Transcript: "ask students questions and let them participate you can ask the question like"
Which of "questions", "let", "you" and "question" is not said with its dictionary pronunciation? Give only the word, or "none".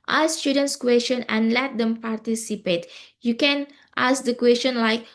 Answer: questions